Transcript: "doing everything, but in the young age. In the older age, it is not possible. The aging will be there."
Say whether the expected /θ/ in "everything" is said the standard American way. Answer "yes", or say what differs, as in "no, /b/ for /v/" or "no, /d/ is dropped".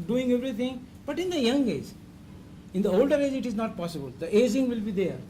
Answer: no, /t/ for /θ/